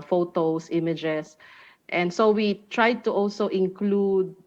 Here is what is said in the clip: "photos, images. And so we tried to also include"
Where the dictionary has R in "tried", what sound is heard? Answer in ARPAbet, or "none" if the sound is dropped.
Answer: R